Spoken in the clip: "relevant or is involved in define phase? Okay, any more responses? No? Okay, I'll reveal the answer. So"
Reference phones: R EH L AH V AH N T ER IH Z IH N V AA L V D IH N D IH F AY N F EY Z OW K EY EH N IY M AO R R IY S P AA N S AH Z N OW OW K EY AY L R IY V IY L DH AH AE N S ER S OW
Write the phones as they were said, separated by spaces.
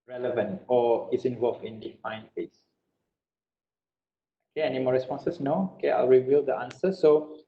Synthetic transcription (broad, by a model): R EH L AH V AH N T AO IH S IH N V AA L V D IH N D IH F AY N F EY S OW K EY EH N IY M AO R R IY S P AA N S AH S N OW OW K EY AY L R IY V IY L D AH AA N S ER S OW